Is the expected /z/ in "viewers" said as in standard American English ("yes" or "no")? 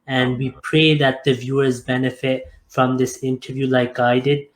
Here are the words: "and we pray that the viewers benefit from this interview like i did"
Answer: yes